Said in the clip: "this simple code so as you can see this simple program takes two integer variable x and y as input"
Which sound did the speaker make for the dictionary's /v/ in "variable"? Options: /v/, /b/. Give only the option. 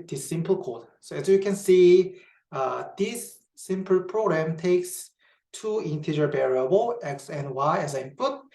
/b/